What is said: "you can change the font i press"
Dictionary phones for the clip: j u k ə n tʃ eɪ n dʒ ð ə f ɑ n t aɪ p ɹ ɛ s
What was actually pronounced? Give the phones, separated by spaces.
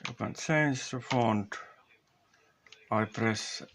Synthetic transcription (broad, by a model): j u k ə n s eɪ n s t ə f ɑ n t aɪ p ɹ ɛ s